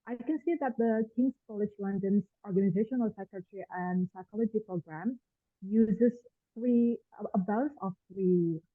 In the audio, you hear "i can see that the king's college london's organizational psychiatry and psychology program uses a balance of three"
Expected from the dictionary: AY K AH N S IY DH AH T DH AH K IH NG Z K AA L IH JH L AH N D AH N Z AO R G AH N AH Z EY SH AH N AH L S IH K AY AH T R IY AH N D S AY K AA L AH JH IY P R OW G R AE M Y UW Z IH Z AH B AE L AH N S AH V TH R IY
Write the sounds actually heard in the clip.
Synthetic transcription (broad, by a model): AY K AH N S IY DH AH T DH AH K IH NG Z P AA L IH SH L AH N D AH N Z AO R G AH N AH Z EY SH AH N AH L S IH K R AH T R IY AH N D S AY K AA L AH JH IY P R OW G R AE M Y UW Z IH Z AH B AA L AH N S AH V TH R IY